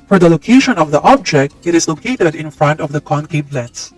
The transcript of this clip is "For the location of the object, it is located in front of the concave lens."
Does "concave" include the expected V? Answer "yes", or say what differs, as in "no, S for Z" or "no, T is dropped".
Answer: no, P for V